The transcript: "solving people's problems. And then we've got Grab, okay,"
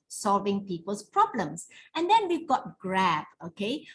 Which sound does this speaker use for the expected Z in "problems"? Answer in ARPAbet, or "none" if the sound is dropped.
S